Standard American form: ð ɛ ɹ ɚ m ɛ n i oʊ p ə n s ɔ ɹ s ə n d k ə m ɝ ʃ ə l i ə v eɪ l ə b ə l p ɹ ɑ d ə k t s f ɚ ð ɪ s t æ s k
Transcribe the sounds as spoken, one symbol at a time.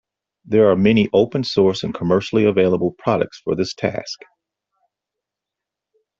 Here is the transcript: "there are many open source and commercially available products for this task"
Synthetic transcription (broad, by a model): ð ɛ ɹ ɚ m ɛ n i oʊ p ə n s ɔ ɹ s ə n k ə m ɝ ʃ l i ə v eɪ l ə b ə l p ɹ ɑ d ə k t s f ɚ ð ɪ s t æ s k